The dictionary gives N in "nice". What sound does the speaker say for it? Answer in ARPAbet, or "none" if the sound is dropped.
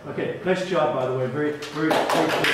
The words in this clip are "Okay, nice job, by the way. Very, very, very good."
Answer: L